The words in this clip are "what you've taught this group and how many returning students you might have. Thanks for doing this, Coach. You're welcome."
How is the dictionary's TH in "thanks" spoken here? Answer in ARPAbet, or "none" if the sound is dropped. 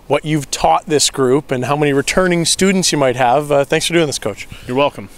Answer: TH